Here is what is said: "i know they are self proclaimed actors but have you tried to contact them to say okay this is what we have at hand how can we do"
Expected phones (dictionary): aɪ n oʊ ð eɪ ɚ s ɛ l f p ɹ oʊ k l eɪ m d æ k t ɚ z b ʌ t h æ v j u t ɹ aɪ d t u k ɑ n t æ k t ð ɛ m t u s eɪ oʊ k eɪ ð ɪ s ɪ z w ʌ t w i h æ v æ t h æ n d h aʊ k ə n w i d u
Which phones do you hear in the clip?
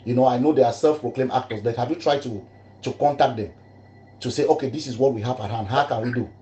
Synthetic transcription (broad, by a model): aɪ n oʊ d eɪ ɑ s ɛ l f p ɹ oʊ k l eɪ m ɑ k t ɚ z b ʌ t h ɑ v j u t ɹ aɪ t t u k ɑ n t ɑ k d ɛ m t u s eɪ oʊ k eɪ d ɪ s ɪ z w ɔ t w i h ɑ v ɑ t h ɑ n d h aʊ k ə n w i d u